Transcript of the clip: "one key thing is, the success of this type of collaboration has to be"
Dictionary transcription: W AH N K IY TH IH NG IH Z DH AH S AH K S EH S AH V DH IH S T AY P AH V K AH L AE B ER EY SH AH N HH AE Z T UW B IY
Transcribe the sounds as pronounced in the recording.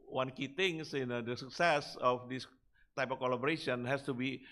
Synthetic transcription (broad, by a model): W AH N K IY T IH NG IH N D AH S AH K S EH S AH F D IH S T AY P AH F K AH L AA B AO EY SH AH N HH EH S T UW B IY